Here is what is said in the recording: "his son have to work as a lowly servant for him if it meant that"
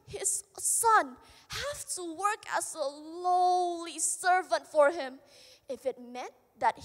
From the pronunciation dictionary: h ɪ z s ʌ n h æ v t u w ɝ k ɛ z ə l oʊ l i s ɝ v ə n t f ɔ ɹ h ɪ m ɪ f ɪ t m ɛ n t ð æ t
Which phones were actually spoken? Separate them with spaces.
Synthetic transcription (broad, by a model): h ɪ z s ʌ n h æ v t u w ɝ k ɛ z ə l oʊ l i s ɝ v ə n t f ɔ ɹ h ɪ m ɪ f ɪ t m ɛ n t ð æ t